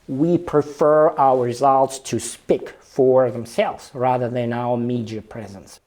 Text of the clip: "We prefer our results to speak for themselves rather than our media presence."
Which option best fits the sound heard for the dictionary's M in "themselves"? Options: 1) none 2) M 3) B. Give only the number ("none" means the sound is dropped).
2